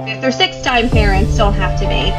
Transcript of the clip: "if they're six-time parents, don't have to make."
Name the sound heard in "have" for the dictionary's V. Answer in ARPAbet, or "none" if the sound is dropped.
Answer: F